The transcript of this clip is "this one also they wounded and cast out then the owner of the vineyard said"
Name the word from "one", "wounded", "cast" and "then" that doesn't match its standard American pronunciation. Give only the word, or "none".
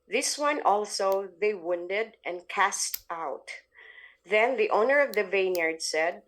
none